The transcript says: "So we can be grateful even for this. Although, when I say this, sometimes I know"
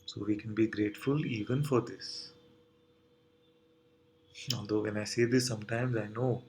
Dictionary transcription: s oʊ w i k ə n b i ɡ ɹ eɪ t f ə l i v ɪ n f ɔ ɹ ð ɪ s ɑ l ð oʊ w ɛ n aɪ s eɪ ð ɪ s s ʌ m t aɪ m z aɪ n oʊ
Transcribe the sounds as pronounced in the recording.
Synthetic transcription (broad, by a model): s oʊ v i k ə n b i ɡ ɹ eɪ t f ə l i v ɪ n f ɔ ɹ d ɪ s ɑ l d oʊ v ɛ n aɪ s eɪ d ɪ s s ʌ m t aɪ m z aɪ n oʊ